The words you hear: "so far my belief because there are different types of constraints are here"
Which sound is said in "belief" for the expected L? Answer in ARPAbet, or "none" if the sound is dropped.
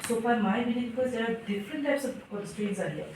N